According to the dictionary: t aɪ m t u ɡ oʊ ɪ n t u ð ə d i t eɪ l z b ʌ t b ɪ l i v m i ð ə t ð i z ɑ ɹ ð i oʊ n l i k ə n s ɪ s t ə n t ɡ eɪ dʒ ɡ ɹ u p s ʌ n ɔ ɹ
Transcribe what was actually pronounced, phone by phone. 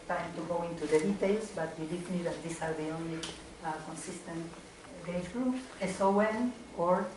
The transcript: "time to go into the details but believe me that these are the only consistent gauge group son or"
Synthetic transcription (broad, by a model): t aɪ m t u ɡ oʊ ɪ n t u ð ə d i t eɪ l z b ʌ t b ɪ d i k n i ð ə t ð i s ɑ ɹ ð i oʊ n l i k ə n s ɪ s t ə n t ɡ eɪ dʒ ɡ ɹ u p s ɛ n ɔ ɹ